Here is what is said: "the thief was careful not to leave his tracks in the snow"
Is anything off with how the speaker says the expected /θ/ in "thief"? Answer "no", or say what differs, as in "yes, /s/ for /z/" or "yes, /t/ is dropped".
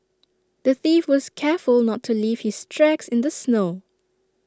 no